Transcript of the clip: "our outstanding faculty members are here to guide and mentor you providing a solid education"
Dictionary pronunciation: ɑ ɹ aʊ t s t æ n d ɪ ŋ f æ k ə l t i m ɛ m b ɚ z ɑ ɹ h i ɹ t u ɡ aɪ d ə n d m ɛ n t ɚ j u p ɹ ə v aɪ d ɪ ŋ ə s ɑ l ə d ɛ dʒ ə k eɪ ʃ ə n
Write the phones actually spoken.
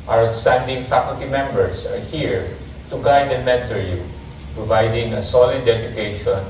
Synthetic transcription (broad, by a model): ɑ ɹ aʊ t s t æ n d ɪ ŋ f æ k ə l t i m ɛ m b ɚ s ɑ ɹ h i ɹ t u ɡ aɪ d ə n m ɛ n t ɚ j u p ɹ ə v aɪ d ɪ ŋ ə s ɑ l ə d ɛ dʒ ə k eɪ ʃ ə n